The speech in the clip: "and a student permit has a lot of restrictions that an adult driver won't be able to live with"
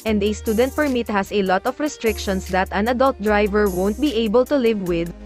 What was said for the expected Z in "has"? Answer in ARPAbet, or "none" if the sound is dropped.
S